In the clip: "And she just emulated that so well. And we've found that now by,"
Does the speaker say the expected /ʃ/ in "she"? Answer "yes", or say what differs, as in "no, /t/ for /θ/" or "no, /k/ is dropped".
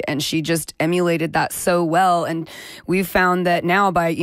yes